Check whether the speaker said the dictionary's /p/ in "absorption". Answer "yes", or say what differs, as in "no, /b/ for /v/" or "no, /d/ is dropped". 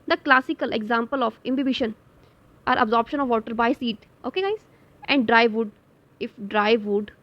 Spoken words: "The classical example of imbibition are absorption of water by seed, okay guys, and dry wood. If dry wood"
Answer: yes